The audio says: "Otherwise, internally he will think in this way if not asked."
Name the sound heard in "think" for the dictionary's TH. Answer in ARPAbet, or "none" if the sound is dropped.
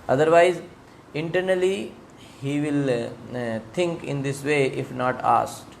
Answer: T